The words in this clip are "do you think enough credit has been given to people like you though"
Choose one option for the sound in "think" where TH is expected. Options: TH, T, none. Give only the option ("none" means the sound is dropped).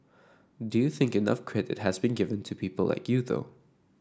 TH